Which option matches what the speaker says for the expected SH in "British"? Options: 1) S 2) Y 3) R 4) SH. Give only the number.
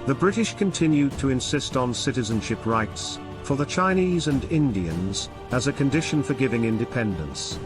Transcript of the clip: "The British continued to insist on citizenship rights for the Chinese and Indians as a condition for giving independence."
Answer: 4